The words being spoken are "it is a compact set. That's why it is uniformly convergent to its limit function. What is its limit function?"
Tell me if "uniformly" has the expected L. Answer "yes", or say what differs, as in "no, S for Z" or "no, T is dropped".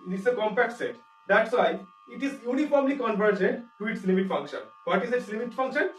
yes